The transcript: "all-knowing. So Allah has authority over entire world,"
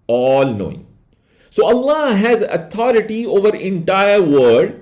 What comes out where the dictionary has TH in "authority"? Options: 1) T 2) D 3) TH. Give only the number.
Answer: 1